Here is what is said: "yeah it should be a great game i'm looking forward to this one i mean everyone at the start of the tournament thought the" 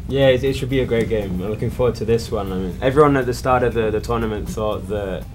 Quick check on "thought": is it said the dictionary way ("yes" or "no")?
yes